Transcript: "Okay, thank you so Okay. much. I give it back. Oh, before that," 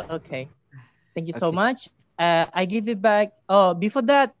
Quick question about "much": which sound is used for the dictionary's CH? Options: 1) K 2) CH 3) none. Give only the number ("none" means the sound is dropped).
3